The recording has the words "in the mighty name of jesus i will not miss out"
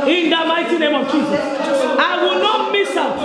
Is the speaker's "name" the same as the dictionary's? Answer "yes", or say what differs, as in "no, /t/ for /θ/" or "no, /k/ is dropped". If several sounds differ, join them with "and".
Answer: yes